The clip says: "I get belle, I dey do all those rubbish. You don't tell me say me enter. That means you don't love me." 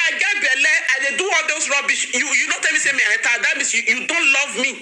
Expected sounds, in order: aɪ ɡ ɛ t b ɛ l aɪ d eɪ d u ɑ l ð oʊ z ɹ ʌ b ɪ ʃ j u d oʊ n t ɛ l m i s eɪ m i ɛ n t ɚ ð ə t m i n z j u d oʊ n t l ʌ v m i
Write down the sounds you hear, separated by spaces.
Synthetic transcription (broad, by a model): aɪ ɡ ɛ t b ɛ l aɪ d eɪ d u ɑ l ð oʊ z ɹ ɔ b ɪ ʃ j u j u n t ɛ l m i s eɪ m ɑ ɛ t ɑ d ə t m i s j j u d oʊ n t l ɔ v m i